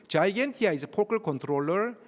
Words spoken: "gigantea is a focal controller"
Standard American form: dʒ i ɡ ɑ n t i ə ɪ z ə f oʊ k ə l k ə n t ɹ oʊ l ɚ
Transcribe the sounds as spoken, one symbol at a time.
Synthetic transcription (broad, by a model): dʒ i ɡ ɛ n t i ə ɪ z ə p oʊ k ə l k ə n t ɹ oʊ l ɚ